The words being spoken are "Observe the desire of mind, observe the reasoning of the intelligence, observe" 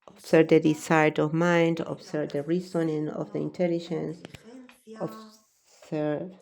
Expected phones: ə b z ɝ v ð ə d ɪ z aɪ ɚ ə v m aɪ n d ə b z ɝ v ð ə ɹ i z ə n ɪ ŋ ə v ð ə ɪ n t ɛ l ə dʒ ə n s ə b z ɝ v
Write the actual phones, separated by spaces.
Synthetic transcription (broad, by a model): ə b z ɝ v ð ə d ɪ s aɪ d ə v m aɪ n d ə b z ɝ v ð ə ɹ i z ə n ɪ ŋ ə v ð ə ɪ n t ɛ l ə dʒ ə n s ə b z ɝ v